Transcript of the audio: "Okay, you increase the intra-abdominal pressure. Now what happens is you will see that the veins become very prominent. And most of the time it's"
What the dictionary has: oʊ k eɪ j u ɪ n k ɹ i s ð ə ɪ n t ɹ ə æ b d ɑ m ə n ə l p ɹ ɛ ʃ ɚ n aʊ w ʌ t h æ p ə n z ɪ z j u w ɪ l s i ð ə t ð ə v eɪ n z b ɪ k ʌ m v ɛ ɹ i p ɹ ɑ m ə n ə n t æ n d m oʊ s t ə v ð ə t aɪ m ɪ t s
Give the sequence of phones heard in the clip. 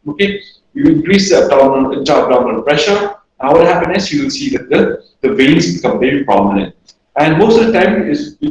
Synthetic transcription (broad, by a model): oʊ k eɪ j u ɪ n k ɹ i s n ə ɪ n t ə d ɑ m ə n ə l p ɹ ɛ ʃ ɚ n aʊ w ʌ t h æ p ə n ɪ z j u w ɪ l s i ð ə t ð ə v eɪ n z b ɪ k ʌ m v ɛ ɹ i p ɹ ɑ m ə n ə n t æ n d m oʊ s t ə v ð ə t aɪ m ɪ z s